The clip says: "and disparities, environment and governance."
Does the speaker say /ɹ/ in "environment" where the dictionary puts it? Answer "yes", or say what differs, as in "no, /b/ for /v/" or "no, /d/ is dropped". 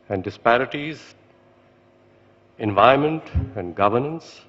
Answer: no, /ɹ/ is dropped